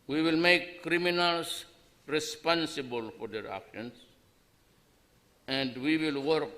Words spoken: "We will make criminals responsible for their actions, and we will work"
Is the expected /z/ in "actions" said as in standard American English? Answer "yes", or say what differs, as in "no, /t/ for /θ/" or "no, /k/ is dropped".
no, /s/ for /z/